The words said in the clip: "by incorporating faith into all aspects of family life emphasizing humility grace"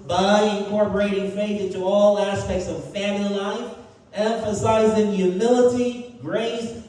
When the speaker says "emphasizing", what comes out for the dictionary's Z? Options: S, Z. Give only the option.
Z